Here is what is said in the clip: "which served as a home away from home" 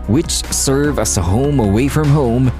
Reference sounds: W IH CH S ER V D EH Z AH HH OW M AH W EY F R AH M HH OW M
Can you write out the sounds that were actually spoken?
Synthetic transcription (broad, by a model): W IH CH S ER V AH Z AH HH OW M AH W EY F R AH M HH OW M